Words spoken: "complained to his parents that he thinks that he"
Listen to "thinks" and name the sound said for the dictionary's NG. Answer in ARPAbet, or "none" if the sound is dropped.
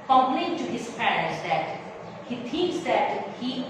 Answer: none